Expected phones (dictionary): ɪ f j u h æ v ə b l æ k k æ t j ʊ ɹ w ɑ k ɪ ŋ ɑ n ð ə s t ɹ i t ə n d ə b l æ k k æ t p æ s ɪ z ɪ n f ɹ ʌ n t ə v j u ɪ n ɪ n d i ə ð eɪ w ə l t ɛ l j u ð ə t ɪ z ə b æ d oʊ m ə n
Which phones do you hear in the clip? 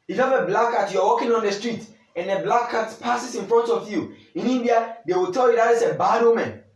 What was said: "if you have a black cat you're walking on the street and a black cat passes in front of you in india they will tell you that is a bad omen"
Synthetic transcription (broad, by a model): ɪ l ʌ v ə b l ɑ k k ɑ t j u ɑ w ɑ k ɪ ŋ ɑ n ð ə s t ɹ i t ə n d ə b l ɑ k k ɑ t p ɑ s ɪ s ɪ n f ɹ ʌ n t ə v j u ɪ n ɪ n d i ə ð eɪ w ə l t ɛ l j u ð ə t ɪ s ə b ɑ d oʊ m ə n